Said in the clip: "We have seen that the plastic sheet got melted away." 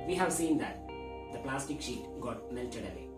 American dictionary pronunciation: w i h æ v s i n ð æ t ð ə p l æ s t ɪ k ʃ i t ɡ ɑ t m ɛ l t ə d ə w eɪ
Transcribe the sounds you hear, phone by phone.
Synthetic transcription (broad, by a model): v i h æ v s i n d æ t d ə p l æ s t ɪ k ʃ i t ɡ ɑ t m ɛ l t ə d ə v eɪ